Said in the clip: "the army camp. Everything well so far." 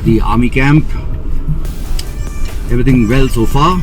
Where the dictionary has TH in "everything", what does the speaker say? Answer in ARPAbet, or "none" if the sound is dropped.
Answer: T